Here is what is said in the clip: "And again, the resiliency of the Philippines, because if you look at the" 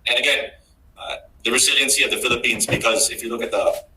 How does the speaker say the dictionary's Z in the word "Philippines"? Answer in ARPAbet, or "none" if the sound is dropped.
Z